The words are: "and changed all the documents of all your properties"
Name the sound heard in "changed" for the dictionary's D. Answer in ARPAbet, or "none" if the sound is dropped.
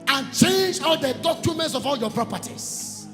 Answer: none